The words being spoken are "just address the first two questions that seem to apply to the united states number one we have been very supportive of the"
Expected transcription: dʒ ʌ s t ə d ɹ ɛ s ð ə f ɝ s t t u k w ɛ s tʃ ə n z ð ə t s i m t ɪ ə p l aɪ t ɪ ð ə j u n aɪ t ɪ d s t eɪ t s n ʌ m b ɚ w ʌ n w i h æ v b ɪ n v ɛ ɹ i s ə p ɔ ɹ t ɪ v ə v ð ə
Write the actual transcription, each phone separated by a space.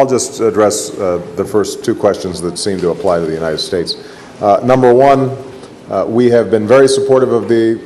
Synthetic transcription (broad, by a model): dʒ ʌ s t ə d ɹ ɛ s ð ə f ɝ s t t u k w ɛ s tʃ ə n z ð ə t s i m t ɪ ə p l aɪ t ɪ ð ə j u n aɪ t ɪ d s t eɪ t s n ʌ m b ɚ w ʌ n w i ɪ v b ɪ n v ɛ ɹ i s ə p ɔ ɹ t ɪ v ə v ð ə